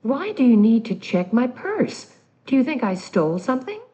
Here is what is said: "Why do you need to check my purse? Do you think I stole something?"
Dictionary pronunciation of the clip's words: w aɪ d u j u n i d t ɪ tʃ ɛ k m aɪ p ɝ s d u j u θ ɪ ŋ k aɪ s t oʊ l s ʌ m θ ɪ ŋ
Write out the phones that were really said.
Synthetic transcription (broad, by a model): w aɪ d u j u n i d t ɪ tʃ ɛ k m aɪ p ɝ s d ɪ j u θ ɪ ŋ k aɪ s t oʊ l s ʌ m θ ɪ ŋ